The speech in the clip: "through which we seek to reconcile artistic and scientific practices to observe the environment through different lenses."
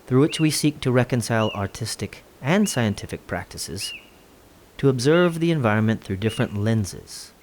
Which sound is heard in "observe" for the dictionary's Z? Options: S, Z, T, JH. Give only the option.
Z